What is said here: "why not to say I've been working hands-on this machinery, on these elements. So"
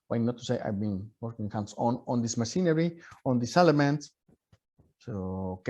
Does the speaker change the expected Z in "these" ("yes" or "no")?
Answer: yes